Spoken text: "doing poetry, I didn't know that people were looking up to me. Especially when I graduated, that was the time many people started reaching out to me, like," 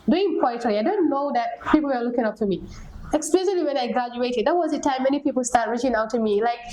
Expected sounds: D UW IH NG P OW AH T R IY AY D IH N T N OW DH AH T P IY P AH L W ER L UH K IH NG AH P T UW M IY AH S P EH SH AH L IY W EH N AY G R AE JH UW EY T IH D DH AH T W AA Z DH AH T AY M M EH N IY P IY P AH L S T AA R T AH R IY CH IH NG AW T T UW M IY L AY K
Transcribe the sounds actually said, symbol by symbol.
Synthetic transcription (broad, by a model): D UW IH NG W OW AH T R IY AY D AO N N OW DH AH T P IY P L W ER L UH K IH NG AH P T UW M IY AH S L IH S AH L IY W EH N AY G R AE JH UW EY T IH D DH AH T W AA Z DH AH T AY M M EH N IY P IY P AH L S T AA R T R IY CH IH NG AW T T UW M IY L AY K